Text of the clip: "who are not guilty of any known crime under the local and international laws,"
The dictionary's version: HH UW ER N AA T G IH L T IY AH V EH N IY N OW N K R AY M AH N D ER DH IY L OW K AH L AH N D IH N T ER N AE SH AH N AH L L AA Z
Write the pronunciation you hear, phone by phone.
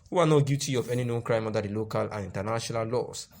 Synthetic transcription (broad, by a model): HH UW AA N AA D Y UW T IY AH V EH N IY N OW N K R AY M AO D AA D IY L OW K AH L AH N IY N T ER N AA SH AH N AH L L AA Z